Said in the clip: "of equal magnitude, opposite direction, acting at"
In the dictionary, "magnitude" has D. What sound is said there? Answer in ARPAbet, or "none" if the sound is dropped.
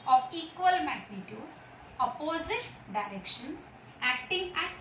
none